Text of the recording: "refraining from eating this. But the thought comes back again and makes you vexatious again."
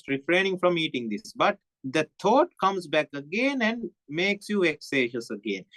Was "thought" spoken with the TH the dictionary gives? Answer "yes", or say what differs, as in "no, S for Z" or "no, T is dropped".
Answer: no, T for TH